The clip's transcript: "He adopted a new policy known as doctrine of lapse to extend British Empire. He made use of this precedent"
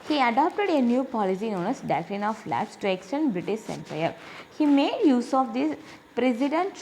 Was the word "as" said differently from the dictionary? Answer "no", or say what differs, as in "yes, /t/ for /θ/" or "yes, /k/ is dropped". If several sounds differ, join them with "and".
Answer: yes, /s/ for /z/